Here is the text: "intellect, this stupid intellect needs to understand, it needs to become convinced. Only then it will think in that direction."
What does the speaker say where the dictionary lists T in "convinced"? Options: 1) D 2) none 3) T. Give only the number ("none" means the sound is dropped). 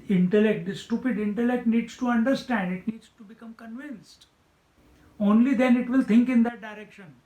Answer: 3